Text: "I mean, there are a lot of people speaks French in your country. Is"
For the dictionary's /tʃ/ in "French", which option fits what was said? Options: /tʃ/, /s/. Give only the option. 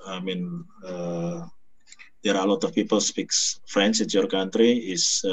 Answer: /s/